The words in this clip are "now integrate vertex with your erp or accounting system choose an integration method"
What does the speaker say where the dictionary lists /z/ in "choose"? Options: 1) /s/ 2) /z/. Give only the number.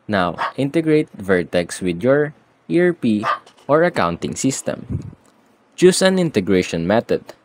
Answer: 1